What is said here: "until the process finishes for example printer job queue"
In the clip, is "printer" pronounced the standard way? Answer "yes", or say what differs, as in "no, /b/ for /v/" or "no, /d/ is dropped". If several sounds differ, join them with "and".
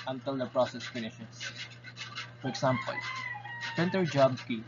no, /ɹ/ is dropped